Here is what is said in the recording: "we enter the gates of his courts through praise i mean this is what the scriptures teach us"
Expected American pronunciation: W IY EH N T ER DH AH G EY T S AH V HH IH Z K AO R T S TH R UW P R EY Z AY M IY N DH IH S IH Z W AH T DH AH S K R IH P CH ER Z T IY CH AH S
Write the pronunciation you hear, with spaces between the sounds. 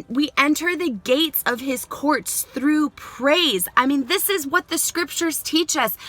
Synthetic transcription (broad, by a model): W IY EH N T ER DH AH G EY T S AH V IH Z K AO R T S TH R UW P R EY Z AY M IY N DH IH S IH Z W AH T DH AH S K R IH P CH ER Z T IY CH AH S